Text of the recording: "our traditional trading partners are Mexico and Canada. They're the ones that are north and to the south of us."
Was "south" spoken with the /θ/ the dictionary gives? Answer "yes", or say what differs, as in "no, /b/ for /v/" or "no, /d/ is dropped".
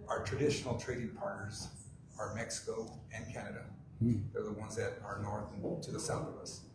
yes